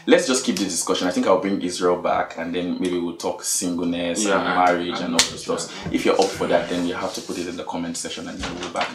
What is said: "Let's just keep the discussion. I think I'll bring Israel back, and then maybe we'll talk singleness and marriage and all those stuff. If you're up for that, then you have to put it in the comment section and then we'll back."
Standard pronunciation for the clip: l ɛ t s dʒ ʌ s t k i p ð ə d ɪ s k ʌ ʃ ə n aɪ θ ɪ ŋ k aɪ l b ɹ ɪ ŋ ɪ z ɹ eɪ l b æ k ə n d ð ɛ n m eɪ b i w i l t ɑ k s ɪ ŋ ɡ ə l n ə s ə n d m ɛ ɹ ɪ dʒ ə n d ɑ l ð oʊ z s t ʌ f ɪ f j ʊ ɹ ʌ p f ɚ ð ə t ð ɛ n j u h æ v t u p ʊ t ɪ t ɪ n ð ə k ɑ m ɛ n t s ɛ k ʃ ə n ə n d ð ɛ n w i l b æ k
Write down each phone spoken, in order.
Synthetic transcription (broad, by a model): l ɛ t s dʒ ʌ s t k i p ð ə d ɪ s k ʌ ʃ ə n aɪ θ ɪ ŋ k aɪ l b ɹ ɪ ŋ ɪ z ɹ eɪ l b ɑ k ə n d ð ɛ n m eɪ b i w i l t ɑ k s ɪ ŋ ɡ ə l n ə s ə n m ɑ ɹ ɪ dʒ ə n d ɑ l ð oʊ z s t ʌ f ɪ f j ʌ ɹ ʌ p f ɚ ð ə t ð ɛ n j u h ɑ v t u p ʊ t ɪ t ɪ n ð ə k ɑ m ɛ n t s ɛ ʃ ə n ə n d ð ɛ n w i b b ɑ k